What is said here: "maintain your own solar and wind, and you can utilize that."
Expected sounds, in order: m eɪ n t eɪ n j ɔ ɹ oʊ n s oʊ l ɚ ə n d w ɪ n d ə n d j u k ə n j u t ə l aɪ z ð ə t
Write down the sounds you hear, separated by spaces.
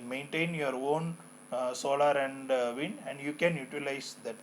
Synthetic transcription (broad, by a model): m eɪ n t eɪ n j ɔ ɹ oʊ n s oʊ l ɚ ə n d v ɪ n ə n d j u k ə n j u t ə l aɪ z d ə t